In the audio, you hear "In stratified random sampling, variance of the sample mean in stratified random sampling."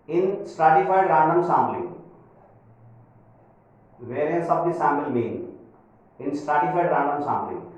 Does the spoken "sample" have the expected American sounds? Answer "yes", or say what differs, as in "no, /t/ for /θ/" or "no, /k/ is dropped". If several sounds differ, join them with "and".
no, /b/ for /p/